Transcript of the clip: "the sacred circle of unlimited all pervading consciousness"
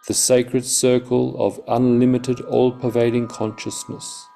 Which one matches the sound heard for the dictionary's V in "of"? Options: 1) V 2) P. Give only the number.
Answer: 1